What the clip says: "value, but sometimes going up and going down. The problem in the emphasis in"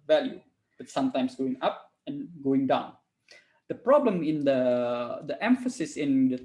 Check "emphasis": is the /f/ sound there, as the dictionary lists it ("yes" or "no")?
yes